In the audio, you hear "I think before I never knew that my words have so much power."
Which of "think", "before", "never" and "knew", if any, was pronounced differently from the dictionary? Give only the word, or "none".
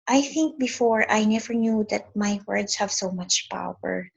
none